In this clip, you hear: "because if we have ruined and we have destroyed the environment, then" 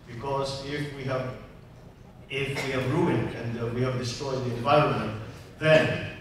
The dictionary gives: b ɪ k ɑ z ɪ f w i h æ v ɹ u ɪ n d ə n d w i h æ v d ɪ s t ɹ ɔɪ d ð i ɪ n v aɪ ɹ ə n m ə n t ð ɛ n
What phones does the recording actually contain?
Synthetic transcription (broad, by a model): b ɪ k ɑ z ɪ f w i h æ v ɹ u ɪ n d ə n d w i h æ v d ɪ s t ɹ ɔɪ d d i ɪ n v aɪ ɹ ə n m ə n t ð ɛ n